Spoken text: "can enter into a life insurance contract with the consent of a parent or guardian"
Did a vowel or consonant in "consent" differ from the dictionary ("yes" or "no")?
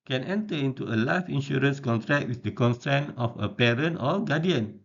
yes